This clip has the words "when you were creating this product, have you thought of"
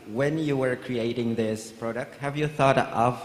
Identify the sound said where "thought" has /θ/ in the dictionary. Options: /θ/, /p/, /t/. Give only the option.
/θ/